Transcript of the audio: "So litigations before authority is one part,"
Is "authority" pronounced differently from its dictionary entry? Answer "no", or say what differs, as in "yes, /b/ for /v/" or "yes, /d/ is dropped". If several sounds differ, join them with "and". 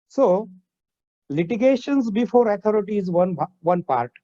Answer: yes, /t/ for /θ/